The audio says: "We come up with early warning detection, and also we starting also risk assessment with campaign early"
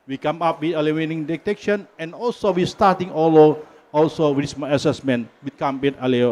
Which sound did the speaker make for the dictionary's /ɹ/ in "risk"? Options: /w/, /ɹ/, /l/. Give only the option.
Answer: /w/